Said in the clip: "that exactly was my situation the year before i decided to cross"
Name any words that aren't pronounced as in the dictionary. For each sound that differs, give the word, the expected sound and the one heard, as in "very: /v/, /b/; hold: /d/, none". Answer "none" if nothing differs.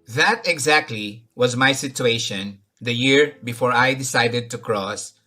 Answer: none